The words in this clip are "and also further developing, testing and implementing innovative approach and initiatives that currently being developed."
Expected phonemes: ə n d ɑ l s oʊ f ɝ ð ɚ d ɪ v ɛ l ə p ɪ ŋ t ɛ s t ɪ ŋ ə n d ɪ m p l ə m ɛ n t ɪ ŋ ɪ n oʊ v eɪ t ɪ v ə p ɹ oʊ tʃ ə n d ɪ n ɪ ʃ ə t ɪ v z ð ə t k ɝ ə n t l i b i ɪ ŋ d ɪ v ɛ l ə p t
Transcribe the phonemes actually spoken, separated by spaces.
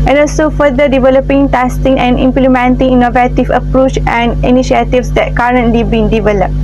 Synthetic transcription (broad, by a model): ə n ɑ l s oʊ f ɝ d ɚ d ɪ v ɛ l ə p ɪ ŋ t ɛ s t ɪ ŋ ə n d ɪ m p l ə m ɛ n t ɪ ŋ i n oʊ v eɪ t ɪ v ə p ɹ oʊ tʃ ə n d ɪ n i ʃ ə t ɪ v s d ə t k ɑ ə n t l i b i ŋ d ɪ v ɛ l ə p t